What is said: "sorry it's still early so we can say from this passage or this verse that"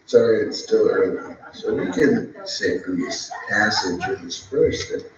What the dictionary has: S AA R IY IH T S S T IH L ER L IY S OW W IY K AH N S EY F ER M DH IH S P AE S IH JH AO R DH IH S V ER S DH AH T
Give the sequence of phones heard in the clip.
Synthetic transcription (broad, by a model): S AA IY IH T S S T IH L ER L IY S OW W IY K AH N S EY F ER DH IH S P AE S IH JH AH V DH IH S F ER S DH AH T